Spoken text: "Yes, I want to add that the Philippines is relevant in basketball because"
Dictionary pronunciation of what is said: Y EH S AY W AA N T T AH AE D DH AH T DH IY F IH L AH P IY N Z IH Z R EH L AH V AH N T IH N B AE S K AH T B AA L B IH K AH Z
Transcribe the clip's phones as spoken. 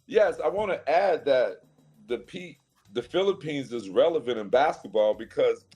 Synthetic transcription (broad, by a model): Y EH S AY W AA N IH T AE D DH AH T DH IY F IH L AH P IY N Z IH Z R EH L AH V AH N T IH N B AE S K AH T B AA L B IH K AH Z